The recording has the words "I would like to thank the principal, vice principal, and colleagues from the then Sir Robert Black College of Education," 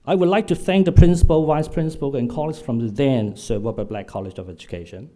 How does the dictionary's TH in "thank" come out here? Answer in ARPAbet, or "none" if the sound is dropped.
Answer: TH